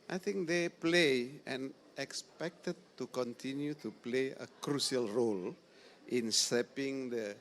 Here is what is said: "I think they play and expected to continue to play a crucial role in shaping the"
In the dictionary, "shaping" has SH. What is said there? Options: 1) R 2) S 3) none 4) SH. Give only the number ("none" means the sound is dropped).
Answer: 2